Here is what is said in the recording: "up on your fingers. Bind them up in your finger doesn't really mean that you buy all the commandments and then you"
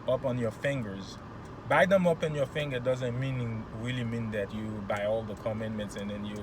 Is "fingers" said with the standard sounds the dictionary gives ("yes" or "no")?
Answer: yes